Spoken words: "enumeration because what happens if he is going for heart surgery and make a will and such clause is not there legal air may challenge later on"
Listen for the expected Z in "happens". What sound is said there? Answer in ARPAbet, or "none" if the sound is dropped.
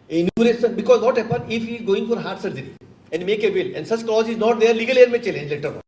none